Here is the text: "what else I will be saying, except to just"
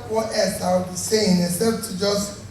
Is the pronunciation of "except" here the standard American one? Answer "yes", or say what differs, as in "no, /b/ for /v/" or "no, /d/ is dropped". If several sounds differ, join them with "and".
no, /k/ is dropped